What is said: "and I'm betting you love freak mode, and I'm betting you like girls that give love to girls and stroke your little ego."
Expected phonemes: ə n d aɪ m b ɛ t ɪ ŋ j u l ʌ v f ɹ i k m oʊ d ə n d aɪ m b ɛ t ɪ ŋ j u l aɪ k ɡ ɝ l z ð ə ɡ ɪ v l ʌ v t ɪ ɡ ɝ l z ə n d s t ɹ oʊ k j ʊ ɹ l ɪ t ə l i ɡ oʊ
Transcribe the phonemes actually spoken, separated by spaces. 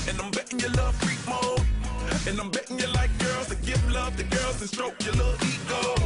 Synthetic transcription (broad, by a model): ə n aɪ m b ɛ t ɪ ŋ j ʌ l ʌ v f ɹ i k m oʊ ə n aɪ m b ɛ t ɪ ŋ j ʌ l aɪ k ɡ ɝ l z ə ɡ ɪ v l ʌ v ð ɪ ɡ ɝ l z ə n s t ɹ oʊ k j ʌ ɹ l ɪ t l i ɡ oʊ